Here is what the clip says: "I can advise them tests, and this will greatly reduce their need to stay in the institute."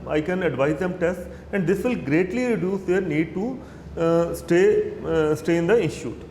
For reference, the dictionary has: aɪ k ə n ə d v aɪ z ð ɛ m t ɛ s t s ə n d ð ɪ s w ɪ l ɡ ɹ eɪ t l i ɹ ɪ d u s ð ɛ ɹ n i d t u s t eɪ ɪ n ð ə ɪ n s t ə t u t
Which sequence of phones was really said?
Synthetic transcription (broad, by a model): aɪ k ə n ə d v aɪ z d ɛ m t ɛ s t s ə n d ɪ s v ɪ l ɡ ɹ eɪ t l i ɹ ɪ d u s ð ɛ ɹ n i d t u s t eɪ ɪ n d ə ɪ n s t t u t